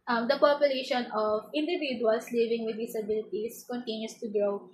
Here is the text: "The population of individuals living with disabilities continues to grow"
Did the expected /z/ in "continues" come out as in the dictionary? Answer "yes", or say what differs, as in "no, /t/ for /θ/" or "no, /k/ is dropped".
no, /s/ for /z/